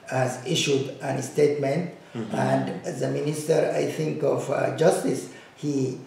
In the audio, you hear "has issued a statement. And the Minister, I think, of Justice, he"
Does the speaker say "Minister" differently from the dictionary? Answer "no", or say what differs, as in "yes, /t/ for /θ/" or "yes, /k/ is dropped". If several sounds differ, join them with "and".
no